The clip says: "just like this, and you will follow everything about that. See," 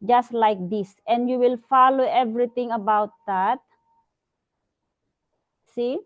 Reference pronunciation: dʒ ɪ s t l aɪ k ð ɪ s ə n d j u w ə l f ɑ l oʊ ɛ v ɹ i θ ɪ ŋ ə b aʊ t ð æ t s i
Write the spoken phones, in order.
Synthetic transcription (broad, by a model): dʒ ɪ s t l aɪ k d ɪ s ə n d j u w ə l f ɑ l oʊ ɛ v ɹ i t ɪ ŋ ə b aʊ t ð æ t s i